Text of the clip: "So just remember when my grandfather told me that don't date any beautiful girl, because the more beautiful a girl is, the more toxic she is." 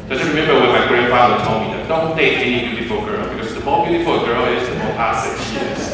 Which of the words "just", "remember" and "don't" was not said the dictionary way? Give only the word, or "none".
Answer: just